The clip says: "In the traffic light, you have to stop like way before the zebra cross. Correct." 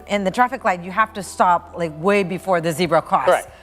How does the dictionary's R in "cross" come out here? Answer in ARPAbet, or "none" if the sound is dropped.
none